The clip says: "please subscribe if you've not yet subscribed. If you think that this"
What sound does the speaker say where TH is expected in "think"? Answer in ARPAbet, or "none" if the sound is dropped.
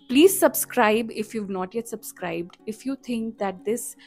T